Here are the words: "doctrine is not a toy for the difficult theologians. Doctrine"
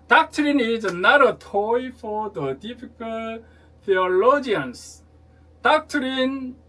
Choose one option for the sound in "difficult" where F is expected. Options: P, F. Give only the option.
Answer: P